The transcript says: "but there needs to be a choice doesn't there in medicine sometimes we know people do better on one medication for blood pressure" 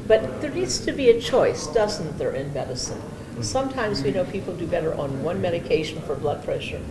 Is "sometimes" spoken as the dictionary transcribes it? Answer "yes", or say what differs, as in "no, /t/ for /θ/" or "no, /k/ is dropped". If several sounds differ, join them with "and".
yes